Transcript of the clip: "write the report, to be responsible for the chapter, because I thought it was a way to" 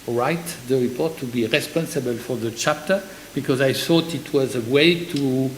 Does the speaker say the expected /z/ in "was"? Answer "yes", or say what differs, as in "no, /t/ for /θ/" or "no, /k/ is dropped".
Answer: yes